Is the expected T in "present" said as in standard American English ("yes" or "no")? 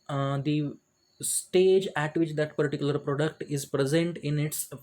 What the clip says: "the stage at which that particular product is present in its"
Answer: yes